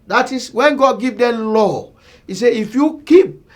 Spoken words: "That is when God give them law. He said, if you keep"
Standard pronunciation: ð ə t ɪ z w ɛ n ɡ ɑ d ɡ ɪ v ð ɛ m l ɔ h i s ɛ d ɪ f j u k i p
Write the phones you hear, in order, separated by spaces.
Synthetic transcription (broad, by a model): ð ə t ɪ s w ɛ n ɡ ɑ d ɡ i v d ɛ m l ɔ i s ɛ ɪ f j u k i p